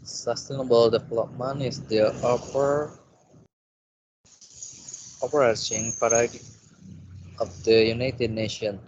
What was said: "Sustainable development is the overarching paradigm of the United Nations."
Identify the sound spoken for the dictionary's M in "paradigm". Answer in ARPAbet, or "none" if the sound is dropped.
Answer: none